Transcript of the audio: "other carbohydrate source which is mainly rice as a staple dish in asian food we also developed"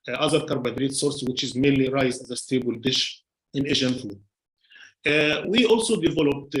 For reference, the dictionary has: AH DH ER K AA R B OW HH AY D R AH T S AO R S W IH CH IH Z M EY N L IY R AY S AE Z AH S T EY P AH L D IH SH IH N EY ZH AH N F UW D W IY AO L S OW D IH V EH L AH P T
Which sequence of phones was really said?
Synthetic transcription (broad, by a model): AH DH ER K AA R B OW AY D R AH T S AO R S W IH CH IH Z M EY N L IY R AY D AE Z AH S T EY B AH L D IH SH IH N EY ZH AH N F UW D W IY AO L S OW D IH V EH L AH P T